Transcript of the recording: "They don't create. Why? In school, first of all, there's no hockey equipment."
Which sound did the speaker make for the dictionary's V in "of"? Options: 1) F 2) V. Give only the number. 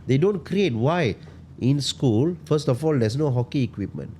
1